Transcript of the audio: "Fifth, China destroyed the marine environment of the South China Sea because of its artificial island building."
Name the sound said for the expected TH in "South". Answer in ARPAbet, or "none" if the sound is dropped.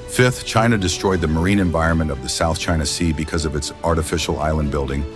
TH